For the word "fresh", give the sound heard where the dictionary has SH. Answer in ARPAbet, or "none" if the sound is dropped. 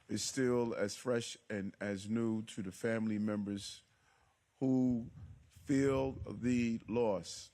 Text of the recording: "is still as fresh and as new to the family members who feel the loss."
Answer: SH